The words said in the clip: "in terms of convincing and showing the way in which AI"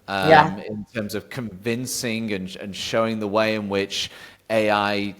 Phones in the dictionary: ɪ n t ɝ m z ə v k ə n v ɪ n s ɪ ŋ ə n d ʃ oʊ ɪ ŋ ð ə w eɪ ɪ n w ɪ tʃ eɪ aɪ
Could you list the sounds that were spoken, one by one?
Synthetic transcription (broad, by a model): ɪ n t ɝ m z ə v k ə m v ɪ n s ɪ ŋ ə n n ʃ oʊ ɪ ŋ ð ə w eɪ ɪ n w ɪ tʃ eɪ aɪ